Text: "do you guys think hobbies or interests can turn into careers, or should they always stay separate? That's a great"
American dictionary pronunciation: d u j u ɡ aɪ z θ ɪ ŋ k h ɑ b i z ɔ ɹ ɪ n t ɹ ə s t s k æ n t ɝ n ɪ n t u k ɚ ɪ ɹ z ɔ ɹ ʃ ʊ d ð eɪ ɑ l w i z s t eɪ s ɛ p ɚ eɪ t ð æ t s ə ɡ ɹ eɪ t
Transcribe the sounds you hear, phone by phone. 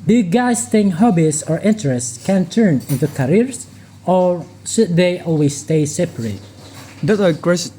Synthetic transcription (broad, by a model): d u j u ɡ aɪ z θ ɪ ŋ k h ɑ b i s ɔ ɹ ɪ n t ɹ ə s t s k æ n t ɝ n ɪ n t u k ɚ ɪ ɹ s ɔ ɹ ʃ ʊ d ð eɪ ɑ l w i s t eɪ s ɛ p ɚ eɪ t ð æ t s ə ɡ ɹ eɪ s